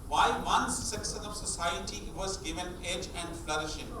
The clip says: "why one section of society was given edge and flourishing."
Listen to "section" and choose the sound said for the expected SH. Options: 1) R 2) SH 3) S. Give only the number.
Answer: 3